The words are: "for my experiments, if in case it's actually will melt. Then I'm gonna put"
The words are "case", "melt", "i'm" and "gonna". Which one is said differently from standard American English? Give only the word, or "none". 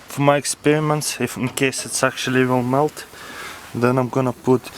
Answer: none